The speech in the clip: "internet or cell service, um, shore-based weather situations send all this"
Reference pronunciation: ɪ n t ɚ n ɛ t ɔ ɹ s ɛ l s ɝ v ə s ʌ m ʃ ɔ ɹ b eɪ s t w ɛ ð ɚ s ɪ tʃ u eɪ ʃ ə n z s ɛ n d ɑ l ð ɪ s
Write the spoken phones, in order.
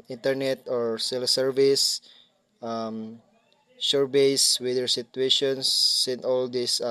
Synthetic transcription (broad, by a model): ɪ n t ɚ n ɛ t ɔ ɹ s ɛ l s ɝ v ə s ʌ m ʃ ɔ ɹ b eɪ s w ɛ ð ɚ s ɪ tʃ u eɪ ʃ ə n s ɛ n ɑ l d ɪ s